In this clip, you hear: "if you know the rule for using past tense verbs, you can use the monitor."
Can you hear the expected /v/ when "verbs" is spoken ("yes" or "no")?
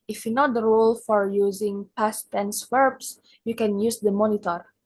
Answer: no